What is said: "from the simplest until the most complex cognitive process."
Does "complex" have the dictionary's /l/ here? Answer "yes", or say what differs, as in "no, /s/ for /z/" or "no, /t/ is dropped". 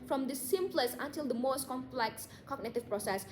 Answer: yes